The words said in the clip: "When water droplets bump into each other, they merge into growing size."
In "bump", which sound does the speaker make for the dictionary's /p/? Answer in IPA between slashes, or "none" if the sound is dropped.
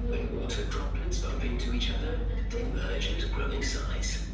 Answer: /p/